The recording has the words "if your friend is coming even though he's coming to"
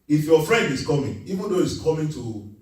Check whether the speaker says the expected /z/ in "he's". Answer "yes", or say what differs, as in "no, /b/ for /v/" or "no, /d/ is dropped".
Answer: no, /s/ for /z/